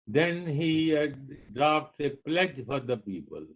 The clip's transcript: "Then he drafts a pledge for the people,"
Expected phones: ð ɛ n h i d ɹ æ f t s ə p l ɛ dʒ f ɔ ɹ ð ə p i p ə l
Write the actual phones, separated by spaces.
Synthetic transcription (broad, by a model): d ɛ n h i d ɹ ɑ p t s ə p l ɛ dʒ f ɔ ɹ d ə p i p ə l